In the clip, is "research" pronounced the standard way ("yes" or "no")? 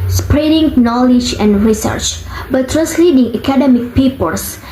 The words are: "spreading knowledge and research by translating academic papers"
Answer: yes